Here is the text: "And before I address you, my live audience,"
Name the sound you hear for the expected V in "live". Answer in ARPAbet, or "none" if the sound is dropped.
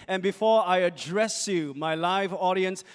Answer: V